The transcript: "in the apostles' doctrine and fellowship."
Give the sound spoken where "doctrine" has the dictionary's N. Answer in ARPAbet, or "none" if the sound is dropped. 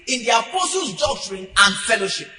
N